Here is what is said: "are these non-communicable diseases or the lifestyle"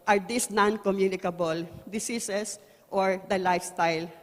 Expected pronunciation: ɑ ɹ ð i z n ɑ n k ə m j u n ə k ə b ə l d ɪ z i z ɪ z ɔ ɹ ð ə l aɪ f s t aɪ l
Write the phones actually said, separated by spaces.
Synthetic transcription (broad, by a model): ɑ ɹ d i s n ɑ n k ə m j u n ə k ə b ə l d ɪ s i s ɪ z ɔ ɹ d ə l aɪ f s t aɪ l